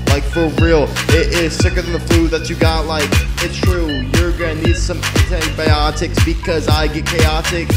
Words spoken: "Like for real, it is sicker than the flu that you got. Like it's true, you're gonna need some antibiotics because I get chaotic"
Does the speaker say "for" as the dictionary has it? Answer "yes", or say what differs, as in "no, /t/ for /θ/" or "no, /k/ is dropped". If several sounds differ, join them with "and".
no, /l/ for /ɹ/